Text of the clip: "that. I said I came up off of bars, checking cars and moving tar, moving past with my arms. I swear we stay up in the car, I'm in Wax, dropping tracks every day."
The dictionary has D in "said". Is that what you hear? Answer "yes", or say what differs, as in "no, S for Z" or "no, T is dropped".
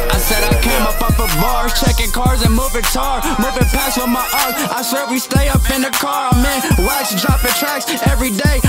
yes